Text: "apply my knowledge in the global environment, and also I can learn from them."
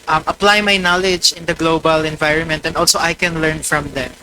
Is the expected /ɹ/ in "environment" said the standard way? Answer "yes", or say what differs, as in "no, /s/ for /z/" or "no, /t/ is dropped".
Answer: yes